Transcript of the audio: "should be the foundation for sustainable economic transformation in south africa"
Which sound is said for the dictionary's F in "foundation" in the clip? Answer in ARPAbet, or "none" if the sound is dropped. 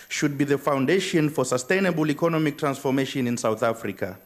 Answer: F